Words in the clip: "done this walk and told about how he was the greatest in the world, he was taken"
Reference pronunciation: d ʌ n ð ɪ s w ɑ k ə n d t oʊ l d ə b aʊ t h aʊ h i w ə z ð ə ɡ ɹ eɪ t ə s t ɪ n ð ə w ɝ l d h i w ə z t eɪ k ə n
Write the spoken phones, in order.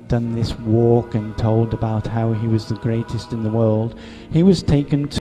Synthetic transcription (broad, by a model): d ʌ n ð ɪ s w ɑ k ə n t oʊ l d ə b aʊ t h aʊ i w ə z ð ə ɡ ɹ eɪ t ə s t ɪ n ð ə w ɝ l d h i w ə z t eɪ k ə n